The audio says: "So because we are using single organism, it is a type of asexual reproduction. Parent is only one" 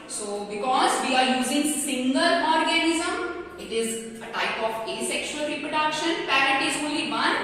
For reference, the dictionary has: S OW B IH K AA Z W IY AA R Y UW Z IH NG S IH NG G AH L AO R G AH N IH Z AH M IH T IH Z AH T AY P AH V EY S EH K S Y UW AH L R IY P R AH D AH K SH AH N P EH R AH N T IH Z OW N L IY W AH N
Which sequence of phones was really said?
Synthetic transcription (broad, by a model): S OW B IH K AA Z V IY AA R Y UW Z IH NG S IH NG G AH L AO R G AH N IH Z AH M IH T IH Z AH T AY P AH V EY S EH K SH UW AH L R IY P R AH D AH K SH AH N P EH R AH T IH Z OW L IY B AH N